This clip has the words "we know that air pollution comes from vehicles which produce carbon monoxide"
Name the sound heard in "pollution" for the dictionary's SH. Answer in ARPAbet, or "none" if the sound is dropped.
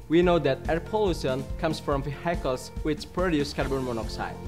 S